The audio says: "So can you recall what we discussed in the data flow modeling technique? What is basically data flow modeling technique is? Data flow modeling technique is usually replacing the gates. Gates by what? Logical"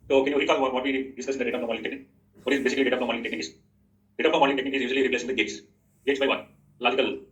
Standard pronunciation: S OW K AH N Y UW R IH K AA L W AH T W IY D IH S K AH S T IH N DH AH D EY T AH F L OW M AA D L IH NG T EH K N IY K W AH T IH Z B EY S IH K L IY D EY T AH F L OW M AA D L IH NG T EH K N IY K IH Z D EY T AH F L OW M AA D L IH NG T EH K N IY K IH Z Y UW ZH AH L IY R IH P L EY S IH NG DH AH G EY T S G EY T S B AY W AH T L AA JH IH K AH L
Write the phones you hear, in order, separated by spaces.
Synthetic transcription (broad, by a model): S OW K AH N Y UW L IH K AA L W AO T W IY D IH S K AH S IH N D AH D EY T AH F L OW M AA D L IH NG T EH K N IY K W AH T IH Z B EY S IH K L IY D EY T AH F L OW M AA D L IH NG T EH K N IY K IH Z D EY T AH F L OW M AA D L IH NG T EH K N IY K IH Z Y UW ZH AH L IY R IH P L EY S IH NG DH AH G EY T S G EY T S B AY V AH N L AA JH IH K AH L